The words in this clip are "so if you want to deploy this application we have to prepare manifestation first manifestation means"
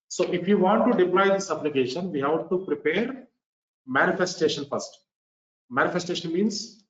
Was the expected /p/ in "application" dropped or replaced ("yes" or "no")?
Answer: yes